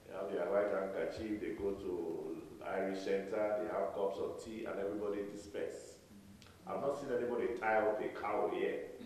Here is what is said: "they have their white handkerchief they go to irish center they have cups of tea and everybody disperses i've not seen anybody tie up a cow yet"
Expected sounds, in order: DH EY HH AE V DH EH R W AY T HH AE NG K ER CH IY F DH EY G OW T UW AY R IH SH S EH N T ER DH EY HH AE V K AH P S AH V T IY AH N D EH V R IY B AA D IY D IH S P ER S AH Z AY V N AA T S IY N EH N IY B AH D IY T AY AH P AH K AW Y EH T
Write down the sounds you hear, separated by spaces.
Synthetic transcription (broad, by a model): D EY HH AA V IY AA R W AY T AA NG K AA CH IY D EY G OW T UW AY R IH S EH N T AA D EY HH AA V K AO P S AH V T IY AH N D EH V R IY B AA D IY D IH S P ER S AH IH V N AA T S IY N EH N IY B AH D IY T AY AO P AH K AW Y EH